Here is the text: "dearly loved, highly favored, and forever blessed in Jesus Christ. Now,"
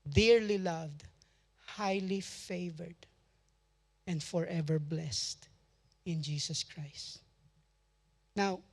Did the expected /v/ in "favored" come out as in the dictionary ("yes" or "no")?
yes